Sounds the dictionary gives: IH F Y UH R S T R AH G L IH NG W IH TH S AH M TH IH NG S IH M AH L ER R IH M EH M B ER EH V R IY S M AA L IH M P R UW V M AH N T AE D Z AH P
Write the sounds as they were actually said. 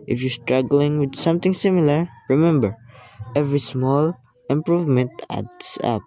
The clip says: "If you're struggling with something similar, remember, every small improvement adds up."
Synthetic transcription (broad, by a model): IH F Y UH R S T R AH G L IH NG W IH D S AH M T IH NG S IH M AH L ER R IH M EH M B ER EH V R IY S M AA L IH M P R UW V M AH N T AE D S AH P